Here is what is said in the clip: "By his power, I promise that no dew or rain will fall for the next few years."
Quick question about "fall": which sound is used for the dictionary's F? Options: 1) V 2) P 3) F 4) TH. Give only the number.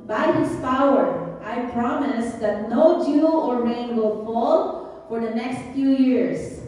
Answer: 3